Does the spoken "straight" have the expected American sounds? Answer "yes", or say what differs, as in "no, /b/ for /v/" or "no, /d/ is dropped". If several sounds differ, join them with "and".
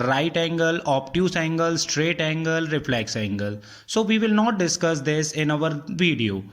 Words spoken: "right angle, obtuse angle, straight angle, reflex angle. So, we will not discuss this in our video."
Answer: yes